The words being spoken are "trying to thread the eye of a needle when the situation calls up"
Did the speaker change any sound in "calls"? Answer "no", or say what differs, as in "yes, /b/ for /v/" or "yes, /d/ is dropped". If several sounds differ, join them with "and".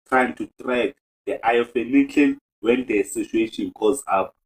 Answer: yes, /l/ is dropped